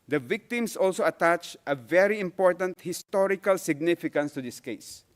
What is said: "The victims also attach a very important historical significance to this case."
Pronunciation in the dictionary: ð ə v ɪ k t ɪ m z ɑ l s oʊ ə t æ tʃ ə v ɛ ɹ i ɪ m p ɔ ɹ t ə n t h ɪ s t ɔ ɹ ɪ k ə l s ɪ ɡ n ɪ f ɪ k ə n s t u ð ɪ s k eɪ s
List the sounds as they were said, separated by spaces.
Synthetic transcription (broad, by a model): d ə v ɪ k t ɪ m s ɑ l s oʊ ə t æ tʃ ə v ɛ ɹ i ɪ m p ɔ ɹ t ə n t h ɪ s t ɔ ɹ ɪ k ə l s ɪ ɡ n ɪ f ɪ k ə n s t u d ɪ s k eɪ s